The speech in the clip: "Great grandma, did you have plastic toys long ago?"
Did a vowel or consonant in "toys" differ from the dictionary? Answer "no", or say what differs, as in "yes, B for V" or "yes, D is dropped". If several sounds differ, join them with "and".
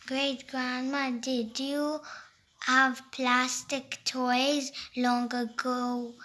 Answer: no